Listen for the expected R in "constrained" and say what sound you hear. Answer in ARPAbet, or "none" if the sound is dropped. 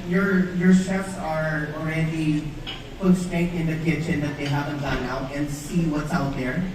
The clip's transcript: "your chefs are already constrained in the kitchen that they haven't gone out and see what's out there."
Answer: none